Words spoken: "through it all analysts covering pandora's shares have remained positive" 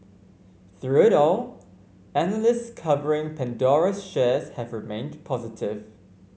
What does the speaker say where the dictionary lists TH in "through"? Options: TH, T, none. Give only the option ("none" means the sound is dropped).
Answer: TH